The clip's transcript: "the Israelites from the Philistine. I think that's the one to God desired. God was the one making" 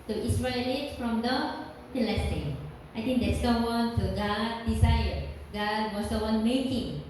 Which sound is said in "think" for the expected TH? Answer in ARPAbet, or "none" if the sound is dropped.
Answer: T